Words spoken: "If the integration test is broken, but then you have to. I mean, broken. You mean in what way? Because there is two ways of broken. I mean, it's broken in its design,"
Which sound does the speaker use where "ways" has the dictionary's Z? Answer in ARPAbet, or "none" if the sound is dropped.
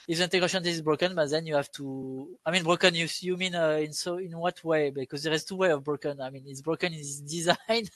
none